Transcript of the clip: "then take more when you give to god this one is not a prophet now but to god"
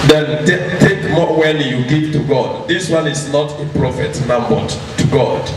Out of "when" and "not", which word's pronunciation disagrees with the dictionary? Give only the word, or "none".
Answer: when